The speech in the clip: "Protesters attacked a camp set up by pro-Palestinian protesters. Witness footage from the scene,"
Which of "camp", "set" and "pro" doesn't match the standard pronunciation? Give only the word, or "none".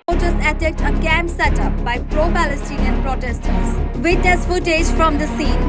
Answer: camp